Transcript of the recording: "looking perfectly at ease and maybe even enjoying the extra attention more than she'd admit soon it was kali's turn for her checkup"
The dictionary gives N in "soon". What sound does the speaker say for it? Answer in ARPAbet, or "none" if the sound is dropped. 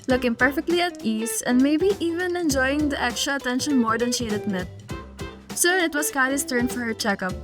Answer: none